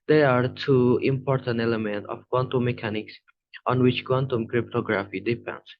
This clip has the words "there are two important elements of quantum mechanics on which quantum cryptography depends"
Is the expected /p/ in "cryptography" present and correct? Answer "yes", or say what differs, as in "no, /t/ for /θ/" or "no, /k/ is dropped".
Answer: yes